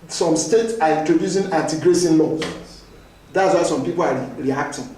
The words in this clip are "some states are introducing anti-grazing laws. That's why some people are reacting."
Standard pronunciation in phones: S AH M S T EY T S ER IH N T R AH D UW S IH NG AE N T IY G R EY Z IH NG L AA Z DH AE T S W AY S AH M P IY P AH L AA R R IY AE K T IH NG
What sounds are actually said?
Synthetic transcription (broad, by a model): S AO M S T EY T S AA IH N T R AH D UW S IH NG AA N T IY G R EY S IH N L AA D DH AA T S W AY S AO M P IY P AH L AA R R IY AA K T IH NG